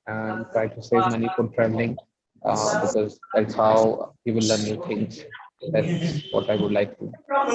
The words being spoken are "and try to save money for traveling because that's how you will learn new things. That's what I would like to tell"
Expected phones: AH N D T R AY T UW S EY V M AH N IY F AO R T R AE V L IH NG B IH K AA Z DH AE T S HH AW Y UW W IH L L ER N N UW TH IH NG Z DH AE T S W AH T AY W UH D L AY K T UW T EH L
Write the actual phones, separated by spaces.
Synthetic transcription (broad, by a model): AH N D T R AY T UW S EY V M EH N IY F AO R T R AE V L IH NG B IH K AA Z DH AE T S HH AW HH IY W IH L L ER N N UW T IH NG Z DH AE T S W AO T AY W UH D L AY K T UW